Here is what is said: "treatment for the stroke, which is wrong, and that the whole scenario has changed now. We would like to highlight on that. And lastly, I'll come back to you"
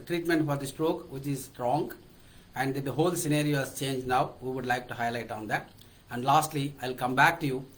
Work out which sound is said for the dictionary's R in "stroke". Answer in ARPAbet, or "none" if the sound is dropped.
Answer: R